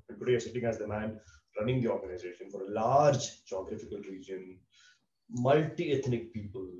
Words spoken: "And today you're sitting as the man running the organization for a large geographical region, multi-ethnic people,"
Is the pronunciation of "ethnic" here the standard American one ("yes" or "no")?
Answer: no